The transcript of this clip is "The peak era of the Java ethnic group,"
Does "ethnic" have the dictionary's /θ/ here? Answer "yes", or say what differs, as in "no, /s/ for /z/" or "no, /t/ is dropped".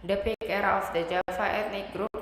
no, /t/ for /θ/